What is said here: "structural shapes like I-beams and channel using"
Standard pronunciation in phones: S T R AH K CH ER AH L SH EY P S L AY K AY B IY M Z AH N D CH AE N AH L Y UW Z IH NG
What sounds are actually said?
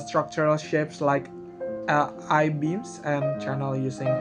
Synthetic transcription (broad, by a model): S T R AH K CH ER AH L SH EY P S L AY K AY B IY M S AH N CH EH N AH L Y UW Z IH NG